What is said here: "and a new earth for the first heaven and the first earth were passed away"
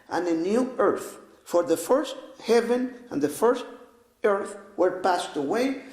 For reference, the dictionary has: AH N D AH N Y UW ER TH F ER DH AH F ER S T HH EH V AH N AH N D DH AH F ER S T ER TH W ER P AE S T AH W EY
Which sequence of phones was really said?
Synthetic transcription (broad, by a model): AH N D AH N Y UW ER TH F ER DH AH F ER S T HH EH V AH N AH N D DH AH F ER S T ER TH W ER P AE S T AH W EY